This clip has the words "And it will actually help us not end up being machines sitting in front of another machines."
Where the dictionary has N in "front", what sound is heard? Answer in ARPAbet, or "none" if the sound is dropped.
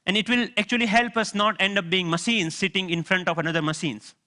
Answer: N